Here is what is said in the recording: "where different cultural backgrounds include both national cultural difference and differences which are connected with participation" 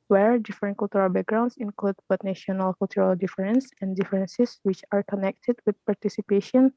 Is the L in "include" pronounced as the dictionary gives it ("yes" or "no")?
yes